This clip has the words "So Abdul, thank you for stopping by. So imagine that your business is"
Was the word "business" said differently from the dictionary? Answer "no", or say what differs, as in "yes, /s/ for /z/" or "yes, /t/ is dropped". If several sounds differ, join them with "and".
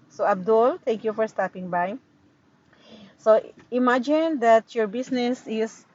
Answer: yes, /s/ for /z/